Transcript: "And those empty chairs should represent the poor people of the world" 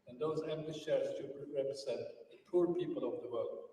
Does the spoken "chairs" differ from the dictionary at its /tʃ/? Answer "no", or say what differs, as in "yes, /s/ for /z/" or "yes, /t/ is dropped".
yes, /ʃ/ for /tʃ/